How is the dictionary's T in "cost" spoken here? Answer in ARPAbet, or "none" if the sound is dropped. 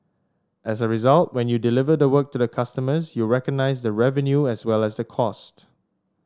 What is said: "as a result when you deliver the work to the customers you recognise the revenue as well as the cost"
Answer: T